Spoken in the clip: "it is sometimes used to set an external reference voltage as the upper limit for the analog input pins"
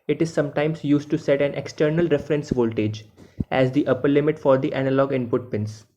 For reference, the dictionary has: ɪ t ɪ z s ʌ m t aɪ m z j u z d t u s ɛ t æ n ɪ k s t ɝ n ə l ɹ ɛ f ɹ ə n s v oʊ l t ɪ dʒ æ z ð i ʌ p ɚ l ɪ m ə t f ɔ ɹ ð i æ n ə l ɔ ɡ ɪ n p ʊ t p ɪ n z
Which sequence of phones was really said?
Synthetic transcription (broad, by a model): ɪ t ɪ z s ʌ m t aɪ m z j u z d t u s ɛ t æ n ɪ k s t ɝ n ə l ɹ ɛ f ɹ ə n s v oʊ l t ɪ dʒ æ z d i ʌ p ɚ l ɪ m ə t f ɔ ɹ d i æ n ə l ɔ ɡ ɪ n p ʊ t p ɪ n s